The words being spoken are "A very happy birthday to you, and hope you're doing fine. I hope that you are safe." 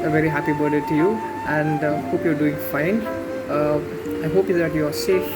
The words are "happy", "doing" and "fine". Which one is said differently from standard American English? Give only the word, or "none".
none